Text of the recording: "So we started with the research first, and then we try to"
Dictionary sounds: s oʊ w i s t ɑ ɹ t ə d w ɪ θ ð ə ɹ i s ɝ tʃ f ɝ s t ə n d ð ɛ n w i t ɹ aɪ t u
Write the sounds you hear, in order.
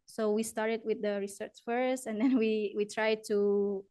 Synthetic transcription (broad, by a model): s oʊ w i s t ɑ ɹ t ə d w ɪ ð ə ɹ i s ɝ tʃ f ɝ s t ə n d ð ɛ n w i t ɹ aɪ t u